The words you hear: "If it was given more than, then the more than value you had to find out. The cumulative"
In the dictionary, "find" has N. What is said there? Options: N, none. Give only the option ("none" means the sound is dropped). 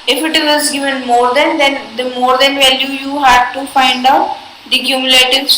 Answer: N